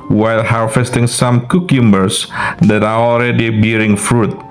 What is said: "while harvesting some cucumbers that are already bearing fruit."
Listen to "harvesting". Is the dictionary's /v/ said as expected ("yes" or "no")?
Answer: no